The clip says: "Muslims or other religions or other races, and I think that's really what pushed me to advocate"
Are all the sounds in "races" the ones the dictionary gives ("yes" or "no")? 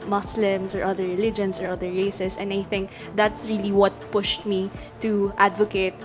no